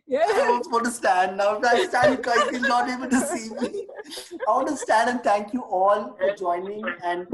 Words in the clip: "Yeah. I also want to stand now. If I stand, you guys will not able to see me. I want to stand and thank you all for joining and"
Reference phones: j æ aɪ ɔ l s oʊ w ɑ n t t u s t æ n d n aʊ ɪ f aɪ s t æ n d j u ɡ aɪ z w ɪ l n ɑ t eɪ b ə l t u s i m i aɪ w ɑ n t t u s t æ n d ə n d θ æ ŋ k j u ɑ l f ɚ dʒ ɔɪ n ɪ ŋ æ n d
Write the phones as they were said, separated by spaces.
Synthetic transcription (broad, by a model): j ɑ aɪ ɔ s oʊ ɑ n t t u s t æ n d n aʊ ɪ aɪ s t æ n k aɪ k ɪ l n ɑ t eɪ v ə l t u s i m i aɪ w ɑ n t t u s t æ n d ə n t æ ŋ k j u ɑ l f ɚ dʒ ɔɪ n ɪ ŋ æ n d